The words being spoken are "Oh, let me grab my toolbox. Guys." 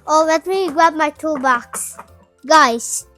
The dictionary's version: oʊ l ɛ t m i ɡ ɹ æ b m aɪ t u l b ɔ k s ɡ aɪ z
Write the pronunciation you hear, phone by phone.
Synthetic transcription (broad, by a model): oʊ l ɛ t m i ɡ ɑ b m aɪ t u b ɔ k s ɡ aɪ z